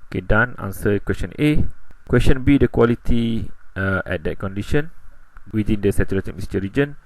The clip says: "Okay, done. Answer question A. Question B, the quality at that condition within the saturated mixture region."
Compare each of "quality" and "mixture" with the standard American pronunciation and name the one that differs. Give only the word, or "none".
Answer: mixture